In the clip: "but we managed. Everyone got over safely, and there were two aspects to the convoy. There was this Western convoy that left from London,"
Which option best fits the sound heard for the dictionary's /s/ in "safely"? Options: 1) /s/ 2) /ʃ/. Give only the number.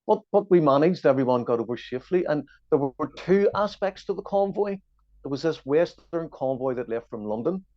2